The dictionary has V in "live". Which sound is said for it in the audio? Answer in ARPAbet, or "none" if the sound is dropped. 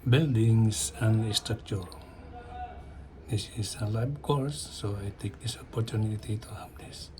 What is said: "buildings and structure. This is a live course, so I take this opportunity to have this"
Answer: B